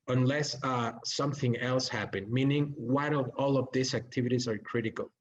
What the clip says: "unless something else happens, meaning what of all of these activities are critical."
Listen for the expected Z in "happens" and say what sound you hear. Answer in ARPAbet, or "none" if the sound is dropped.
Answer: none